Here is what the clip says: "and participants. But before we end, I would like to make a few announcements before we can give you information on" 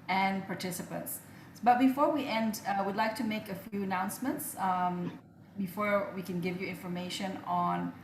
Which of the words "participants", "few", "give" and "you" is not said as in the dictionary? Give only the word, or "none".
none